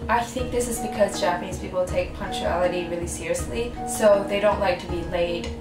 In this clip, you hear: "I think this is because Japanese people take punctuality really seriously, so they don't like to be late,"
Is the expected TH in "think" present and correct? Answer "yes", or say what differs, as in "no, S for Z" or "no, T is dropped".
yes